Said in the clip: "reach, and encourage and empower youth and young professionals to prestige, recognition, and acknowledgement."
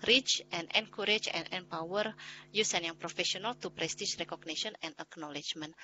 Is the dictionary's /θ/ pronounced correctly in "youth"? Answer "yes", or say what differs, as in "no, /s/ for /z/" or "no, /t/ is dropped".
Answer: no, /s/ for /θ/